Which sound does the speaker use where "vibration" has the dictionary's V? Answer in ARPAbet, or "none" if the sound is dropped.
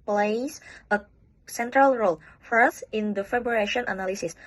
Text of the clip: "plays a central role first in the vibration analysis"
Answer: F